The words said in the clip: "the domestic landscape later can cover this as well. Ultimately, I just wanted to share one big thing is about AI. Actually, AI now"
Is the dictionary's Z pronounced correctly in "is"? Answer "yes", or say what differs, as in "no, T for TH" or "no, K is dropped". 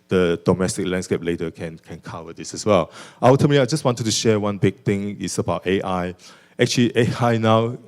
no, S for Z